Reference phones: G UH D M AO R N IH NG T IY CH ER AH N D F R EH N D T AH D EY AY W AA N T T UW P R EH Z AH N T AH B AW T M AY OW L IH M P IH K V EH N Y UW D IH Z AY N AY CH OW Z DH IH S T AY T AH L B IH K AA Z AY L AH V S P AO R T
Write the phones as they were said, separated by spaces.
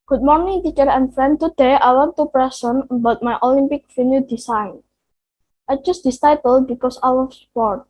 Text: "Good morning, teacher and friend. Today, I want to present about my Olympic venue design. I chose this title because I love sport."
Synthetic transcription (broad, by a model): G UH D M AO R N IH NG T IY CH ER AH N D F R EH N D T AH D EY AY W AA N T T UW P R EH S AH N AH B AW T M AY OW L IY M P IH K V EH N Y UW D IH S AY N AY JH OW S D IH S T AY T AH L B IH K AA S AY W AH S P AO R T